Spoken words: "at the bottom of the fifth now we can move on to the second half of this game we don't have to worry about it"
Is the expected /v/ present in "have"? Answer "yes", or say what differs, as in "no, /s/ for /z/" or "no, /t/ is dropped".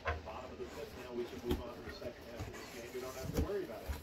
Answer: no, /f/ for /v/